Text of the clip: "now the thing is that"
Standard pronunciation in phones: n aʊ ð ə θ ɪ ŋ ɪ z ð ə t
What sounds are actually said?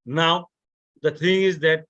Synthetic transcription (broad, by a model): n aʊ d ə t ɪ ŋ ɪ z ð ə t